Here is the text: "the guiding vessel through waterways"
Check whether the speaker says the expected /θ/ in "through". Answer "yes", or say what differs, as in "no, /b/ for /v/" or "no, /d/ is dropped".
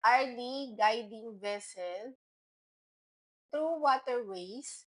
no, /t/ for /θ/